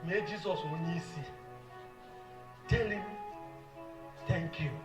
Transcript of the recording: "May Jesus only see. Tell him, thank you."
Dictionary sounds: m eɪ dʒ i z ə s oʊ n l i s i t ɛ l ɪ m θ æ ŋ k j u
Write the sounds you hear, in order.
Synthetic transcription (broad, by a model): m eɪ dʒ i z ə s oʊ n i s i t ɛ l ɪ m t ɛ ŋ k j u